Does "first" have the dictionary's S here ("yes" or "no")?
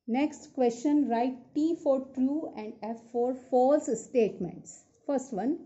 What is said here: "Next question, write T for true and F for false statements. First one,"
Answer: yes